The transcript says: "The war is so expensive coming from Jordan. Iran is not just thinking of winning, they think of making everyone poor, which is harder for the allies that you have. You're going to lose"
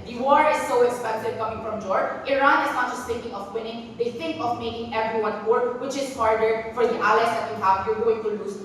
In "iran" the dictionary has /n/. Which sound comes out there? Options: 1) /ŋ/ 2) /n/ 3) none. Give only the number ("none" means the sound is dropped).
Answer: 2